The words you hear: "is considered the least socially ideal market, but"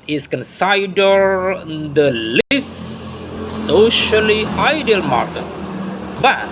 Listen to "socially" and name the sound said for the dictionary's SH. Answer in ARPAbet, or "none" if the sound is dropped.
SH